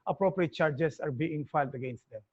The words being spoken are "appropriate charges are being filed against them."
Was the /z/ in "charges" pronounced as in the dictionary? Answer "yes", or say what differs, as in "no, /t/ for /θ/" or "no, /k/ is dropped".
no, /s/ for /z/